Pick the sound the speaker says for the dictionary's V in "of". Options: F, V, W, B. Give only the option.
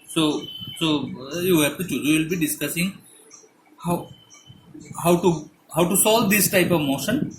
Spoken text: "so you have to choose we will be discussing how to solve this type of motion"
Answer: V